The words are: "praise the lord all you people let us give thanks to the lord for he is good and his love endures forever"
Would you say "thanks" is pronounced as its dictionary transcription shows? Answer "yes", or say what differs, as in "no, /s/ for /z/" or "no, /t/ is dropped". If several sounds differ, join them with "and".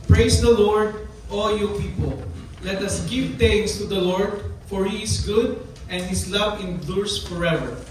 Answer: no, /k/ is dropped